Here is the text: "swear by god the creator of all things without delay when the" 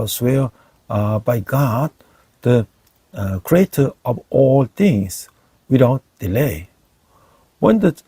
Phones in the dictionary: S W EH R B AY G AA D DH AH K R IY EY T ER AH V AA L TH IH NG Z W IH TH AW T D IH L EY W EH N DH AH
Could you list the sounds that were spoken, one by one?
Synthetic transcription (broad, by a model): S W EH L B AY G AA D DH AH K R IY EY T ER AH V AA L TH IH NG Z W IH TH AW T D IH L EY W EH N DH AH